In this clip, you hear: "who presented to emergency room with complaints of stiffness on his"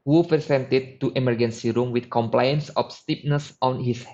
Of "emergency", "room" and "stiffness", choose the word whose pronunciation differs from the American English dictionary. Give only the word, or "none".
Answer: stiffness